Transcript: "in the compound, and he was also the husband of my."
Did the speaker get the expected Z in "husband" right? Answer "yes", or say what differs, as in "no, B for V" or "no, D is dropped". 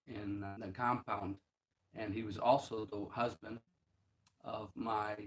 yes